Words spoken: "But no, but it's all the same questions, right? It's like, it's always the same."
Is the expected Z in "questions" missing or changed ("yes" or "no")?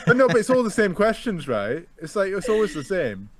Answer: no